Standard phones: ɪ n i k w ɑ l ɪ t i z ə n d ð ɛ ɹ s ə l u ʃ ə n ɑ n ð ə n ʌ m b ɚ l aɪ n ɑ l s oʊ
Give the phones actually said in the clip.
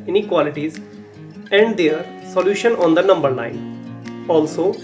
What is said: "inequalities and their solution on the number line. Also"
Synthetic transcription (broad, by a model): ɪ n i k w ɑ l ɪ t i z ə n d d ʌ ɹ s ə l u ʃ ə n ɑ n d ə n ʌ m b ɚ n aɪ n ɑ l s oʊ